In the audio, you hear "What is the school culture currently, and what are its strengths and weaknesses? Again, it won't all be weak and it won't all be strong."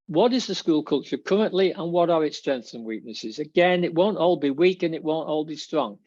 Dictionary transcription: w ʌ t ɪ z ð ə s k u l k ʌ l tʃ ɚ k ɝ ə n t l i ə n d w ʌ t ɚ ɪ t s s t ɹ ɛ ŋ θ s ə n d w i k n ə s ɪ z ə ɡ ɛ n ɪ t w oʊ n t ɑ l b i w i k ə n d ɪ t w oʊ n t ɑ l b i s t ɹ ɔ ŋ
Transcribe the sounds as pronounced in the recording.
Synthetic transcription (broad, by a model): w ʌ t ɪ z ð ə s k u l k ʌ l tʃ ɚ k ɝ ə n t l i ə n w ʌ t ɚ ɪ t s s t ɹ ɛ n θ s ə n w i k n ə s ɪ z ə ɡ ɛ n ɪ t w oʊ n t ɑ l b i w i k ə n ɪ t w oʊ n t ɑ l b i s t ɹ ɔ ŋ